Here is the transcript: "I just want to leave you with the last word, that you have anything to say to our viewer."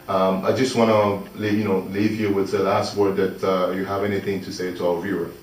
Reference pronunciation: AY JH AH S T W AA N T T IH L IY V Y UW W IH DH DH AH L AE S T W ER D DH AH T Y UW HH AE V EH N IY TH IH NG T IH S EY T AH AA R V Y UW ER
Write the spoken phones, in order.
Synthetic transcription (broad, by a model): AY JH AH S T W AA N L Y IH L IY V Y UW W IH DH DH AH L AE S T W ER D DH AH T Y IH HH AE V EH N IY TH IH NG T IH S EY T AH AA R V Y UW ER